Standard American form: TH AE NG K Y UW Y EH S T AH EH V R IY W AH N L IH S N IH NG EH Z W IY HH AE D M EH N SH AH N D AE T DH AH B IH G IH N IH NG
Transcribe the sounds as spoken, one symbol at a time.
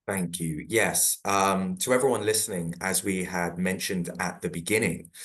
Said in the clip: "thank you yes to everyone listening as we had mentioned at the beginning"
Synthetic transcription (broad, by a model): TH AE NG K Y UW Y EH S T AH EH V R IY W AH N L IH S N IH NG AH Z W IY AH D M EH N SH AH N D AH T DH AH B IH G IH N IH NG